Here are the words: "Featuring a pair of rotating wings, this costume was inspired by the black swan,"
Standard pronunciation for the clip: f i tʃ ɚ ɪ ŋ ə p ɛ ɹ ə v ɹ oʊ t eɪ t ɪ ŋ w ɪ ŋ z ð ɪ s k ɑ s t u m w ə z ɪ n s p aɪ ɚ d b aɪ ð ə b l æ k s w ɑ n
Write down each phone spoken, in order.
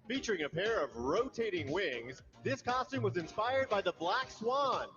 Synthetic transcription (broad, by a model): f i tʃ ɚ ɪ ŋ ə p ɛ ɹ ə v ɹ oʊ t eɪ t ɪ ŋ w ɪ ŋ z ð ɪ s k ɑ s t u m w ə z ɪ n s p aɪ ɚ d b aɪ ð ə b l æ k s w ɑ n